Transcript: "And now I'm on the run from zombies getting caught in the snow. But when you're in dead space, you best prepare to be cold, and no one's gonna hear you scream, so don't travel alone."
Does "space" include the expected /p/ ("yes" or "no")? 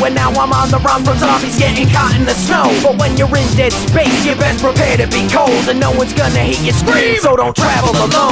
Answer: no